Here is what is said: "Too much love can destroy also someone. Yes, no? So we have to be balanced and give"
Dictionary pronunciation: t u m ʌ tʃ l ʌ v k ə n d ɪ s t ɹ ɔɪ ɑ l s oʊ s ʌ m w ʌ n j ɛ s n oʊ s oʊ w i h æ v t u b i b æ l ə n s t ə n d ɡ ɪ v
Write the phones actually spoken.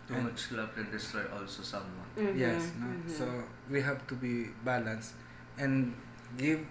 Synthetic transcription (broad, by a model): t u m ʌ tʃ l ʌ b k ə n d ɪ s t ɹ ɔɪ ɑ l s oʊ s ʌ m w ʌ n j ɛ s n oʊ s oʊ w i h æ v t u b i b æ l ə n s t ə n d ɡ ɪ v